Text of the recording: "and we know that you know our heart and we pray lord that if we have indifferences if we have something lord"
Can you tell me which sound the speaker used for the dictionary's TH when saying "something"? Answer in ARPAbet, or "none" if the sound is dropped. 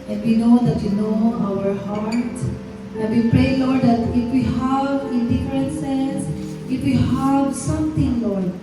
T